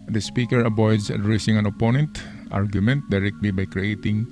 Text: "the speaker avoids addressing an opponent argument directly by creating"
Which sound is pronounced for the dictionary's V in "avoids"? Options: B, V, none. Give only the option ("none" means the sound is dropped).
B